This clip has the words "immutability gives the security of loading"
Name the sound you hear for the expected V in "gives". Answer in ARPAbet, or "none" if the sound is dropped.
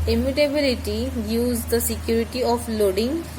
none